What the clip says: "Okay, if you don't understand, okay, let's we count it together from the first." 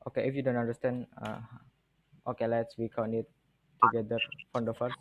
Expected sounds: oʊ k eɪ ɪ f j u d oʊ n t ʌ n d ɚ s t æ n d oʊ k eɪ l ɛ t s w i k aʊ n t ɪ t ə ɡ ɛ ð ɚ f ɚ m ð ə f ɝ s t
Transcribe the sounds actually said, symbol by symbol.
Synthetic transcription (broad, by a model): oʊ k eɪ ɪ f j u d oʊ n t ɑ n d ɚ s t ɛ n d oʊ k eɪ l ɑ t s w i k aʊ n ɪ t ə ɡ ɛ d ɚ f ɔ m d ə f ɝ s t